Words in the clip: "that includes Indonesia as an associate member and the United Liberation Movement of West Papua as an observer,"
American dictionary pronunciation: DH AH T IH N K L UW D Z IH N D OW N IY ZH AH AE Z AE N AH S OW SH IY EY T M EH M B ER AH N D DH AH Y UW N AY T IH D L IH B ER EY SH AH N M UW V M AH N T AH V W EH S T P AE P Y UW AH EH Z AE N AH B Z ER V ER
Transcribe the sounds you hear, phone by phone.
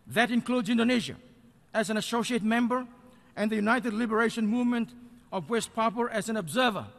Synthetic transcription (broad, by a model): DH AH T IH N K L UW D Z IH N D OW N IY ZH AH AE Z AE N AH S OW SH IY EY T M EH M B ER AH N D DH AH Y UW N AY T IH D L IH B ER EY SH AH N M UW V M AH N T AH V W EH S T P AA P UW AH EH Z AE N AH B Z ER V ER